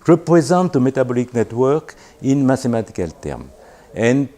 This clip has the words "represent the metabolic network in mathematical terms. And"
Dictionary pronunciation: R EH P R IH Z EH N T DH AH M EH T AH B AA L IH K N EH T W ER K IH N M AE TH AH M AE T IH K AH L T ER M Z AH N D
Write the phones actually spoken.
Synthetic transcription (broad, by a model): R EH P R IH Z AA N T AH M EH T AH B AA L IH K N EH T W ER K IH N M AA T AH M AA T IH K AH L T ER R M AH N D